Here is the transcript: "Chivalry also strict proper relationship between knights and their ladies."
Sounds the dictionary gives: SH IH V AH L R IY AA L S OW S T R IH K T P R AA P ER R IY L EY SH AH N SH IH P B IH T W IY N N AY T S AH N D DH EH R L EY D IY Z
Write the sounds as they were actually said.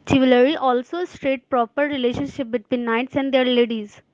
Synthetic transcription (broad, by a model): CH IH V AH L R IY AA L S OW S T R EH T P R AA P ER R IY L EY SH AH N SH IH P B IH T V IY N N AY T S AH N D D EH R L EY D IY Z